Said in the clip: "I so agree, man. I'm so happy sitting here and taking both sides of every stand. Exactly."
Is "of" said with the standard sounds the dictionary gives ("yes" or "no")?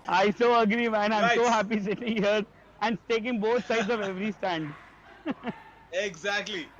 yes